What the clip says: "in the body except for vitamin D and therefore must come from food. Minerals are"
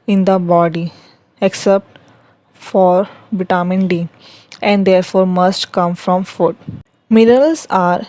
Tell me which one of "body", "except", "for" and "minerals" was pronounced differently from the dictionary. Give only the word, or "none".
minerals